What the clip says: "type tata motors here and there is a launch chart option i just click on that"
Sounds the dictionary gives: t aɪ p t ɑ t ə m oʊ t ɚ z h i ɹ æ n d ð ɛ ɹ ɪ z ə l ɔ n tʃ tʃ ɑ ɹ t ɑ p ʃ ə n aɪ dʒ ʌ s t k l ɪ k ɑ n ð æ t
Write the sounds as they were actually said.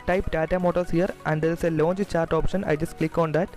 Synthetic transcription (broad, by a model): t aɪ p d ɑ t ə m oʊ t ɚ s h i ɹ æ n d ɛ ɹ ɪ s ə l ɔ n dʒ tʃ ɑ ɹ t ɑ p ʃ ə n aɪ dʒ ʌ s t k l ɪ k ɑ n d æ t